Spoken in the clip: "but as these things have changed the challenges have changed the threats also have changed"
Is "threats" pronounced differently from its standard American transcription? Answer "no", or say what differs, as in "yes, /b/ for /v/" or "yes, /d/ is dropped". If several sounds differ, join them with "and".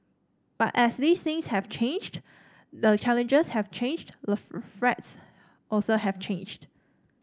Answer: yes, /f/ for /θ/